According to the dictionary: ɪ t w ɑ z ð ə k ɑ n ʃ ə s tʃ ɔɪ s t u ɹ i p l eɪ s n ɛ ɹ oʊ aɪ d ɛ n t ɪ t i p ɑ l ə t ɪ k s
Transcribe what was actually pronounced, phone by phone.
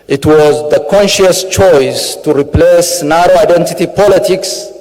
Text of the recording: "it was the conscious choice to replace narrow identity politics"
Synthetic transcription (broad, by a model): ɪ t w ɑ z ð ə k ɑ n ʃ ə s tʃ ɔɪ s t u ɹ i p l eɪ s n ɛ ɹ oʊ aɪ d ɛ n t ɪ t i p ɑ l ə t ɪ k s